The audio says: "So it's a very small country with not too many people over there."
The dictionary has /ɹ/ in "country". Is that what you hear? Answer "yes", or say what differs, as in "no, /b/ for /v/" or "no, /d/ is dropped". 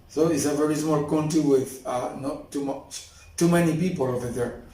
no, /ɹ/ is dropped